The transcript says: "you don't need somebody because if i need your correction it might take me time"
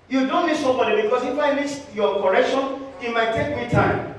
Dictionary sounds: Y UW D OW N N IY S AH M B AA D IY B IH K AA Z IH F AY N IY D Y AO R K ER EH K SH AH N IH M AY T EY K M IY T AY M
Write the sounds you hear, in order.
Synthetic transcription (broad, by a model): Y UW D OW N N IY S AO B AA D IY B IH K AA S IH F AY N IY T Y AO K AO EH K SH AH N IH M AY T EY K M IY T AY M